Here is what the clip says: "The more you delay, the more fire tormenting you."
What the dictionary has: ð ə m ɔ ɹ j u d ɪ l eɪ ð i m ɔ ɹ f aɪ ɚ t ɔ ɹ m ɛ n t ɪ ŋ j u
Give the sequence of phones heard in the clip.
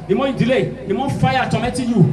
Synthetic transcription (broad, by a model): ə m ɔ j u d ɪ l eɪ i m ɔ f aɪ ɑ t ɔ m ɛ t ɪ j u